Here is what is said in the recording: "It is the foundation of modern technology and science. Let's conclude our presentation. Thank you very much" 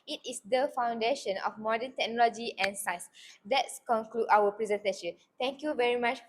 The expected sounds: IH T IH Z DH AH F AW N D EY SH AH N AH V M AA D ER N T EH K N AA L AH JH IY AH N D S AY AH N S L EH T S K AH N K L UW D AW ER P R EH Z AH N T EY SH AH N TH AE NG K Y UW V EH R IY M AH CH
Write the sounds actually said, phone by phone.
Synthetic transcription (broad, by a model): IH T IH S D AH F AW N D EY SH AH N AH F M AA D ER N T EH K N AA L AH JH IY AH N S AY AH S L EH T S K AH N K L UW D AW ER P R EH Z AH N T EY SH AH N T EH NG K Y UW V EH R IY M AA CH